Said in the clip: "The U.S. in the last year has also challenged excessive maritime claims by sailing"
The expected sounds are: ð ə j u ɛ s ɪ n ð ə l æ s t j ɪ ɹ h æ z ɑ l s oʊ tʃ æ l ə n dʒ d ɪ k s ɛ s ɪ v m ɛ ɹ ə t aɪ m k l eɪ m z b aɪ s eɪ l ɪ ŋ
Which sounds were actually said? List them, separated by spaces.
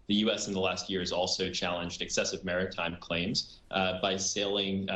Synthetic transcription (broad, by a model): ð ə j u ɛ s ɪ n ð ə l æ s t j ɪ ɹ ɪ z ɑ l s oʊ tʃ æ l ə n dʒ d ɪ k s ɛ s ɪ v m ɛ ɹ ə t aɪ m k l eɪ m z b aɪ s eɪ l ɪ ŋ